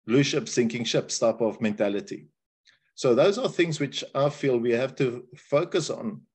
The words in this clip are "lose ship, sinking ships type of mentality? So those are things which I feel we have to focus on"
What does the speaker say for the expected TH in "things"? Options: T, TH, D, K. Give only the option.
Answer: TH